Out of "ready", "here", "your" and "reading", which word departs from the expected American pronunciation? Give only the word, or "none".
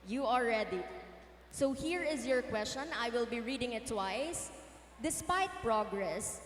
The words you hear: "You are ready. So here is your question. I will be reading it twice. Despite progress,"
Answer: ready